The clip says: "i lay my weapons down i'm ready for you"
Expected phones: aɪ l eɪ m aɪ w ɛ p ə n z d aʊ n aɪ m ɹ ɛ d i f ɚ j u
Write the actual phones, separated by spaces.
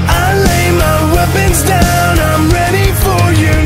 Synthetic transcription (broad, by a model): aɪ l eɪ m aɪ w ɛ p ə n z d aʊ n aɪ m ɹ ɛ d i f ɚ j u